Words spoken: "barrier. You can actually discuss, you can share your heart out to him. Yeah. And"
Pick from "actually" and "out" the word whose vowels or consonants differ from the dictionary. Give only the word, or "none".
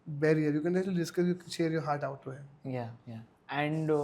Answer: actually